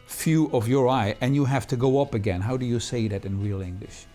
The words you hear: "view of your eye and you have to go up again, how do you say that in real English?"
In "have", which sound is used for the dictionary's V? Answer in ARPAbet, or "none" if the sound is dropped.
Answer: F